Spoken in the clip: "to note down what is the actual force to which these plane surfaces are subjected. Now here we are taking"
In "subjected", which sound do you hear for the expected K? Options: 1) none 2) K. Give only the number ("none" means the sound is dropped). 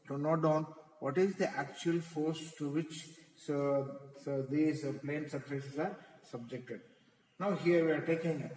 2